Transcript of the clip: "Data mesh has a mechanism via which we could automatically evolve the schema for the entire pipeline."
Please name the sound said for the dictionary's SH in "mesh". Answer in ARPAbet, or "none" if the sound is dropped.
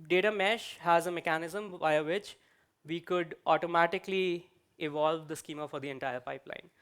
SH